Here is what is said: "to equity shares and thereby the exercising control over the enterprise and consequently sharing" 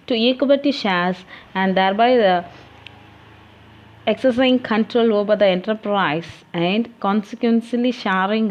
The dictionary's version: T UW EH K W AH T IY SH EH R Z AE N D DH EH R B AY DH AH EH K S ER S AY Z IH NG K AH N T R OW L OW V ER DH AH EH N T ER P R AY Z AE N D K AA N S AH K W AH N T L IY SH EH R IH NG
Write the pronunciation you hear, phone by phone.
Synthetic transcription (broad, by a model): T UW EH K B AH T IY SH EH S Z AE N D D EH R B AY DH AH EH K S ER S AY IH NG K AH N T R OW L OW B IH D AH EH N T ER P R AY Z AE N D K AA N S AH K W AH N S L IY SH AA R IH NG